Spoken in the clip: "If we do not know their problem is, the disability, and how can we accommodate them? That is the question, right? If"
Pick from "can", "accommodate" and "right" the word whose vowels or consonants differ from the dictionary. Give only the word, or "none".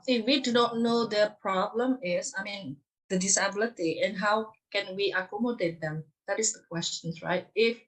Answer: none